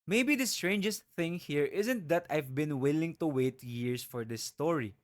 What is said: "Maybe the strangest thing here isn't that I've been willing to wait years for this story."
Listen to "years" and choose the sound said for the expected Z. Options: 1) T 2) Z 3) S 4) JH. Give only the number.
3